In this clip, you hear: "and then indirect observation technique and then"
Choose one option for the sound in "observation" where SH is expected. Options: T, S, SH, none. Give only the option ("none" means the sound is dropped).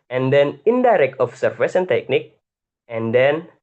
S